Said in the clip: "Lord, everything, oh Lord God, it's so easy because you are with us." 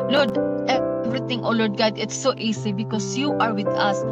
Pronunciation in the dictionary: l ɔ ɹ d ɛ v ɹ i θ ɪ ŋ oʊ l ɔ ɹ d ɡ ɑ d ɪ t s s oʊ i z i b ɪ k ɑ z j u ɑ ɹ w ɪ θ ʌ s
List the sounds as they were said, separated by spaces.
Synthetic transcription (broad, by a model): l ɔ ɹ d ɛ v ɹ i t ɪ ŋ oʊ l ɔ ɹ d ɡ ɑ d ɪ t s s oʊ i s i b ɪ k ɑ s j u ɑ ɹ w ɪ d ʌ s